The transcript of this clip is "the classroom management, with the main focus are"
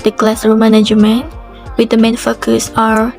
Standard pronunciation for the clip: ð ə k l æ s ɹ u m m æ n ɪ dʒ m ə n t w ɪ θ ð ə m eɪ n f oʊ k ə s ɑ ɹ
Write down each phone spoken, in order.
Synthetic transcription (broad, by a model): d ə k l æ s ʌ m m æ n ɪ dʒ m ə n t w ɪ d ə m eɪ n f oʊ k ə s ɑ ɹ